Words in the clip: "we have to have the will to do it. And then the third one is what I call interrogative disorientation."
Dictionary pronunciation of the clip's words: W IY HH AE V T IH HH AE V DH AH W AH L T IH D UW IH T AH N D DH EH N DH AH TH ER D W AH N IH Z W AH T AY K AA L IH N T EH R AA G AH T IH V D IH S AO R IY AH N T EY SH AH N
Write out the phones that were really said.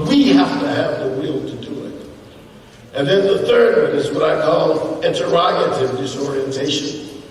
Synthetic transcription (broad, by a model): W IY HH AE F T IH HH V DH AH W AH L T IH D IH IH T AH N DH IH N DH AH TH ER D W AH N IH Z W AH T AY K AA L IH N T EH R AA G AH T IH V D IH S AO R IY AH N T EY SH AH N